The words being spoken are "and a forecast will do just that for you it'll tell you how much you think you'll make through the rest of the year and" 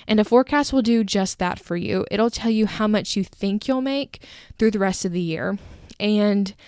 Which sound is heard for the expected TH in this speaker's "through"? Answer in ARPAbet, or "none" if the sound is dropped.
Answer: TH